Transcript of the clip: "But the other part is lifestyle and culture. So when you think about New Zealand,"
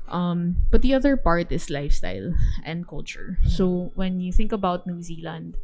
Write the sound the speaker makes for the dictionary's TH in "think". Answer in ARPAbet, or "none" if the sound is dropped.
TH